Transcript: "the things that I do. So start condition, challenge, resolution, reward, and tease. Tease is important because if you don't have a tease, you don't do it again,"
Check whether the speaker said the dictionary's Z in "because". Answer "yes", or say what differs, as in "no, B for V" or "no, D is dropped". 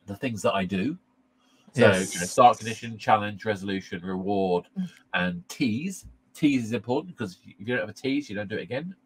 no, Z is dropped